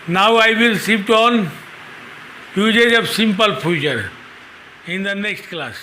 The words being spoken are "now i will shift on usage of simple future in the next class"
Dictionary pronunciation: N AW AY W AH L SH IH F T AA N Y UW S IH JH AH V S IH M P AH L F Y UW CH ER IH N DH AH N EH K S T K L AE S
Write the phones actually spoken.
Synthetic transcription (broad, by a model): N AW AY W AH L S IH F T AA N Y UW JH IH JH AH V S IH M P AH L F Y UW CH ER IH N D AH N EH K S T K L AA S